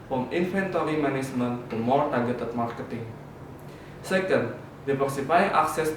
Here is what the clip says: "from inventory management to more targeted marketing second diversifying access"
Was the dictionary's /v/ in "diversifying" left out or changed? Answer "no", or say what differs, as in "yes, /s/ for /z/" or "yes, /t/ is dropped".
yes, /p/ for /v/